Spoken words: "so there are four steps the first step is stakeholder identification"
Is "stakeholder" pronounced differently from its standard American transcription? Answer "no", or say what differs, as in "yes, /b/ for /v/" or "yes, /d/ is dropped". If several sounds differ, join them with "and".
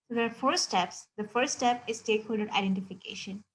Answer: no